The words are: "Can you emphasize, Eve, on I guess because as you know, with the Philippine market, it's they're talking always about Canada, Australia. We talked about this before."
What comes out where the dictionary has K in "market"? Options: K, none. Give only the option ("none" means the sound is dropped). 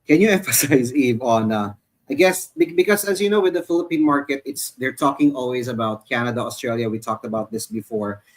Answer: K